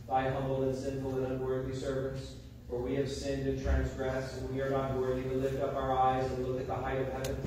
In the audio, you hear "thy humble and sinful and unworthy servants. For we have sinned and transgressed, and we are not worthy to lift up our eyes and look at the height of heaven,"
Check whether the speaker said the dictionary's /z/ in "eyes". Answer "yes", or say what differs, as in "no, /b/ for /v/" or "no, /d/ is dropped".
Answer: yes